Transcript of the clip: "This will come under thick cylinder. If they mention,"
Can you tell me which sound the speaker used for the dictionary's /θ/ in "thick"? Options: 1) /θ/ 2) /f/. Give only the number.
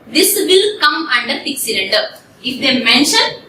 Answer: 2